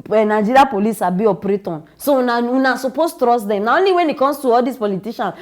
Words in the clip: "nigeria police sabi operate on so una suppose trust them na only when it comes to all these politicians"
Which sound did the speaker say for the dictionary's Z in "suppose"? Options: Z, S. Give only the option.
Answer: S